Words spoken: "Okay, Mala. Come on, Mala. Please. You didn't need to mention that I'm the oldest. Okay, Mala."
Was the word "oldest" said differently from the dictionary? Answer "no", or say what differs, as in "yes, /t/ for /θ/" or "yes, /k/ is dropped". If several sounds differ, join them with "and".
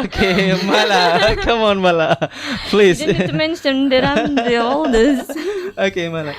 yes, /t/ is dropped